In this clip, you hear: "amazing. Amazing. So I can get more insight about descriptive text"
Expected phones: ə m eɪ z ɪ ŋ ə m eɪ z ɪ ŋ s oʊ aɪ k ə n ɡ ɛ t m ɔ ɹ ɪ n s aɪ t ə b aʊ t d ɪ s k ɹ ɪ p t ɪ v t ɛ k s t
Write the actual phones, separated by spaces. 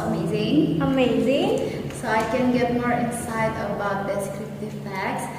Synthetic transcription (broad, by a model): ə m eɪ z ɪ ŋ ə m eɪ z ɪ ŋ s oʊ aɪ k ə n ɡ ɛ t m ɔ ɹ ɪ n s aɪ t ə b aʊ t d ɪ s k ɹ ɪ p t ɪ v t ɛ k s